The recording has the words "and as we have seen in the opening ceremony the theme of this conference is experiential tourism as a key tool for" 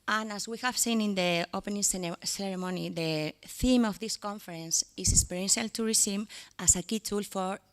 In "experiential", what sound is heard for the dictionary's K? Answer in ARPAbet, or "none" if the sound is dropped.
none